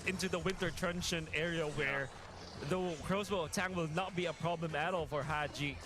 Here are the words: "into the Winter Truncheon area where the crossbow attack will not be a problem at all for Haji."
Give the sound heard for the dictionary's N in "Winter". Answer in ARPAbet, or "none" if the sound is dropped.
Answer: N